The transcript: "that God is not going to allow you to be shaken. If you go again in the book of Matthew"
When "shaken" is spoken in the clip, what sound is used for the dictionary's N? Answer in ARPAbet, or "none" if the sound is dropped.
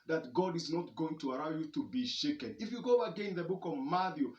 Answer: N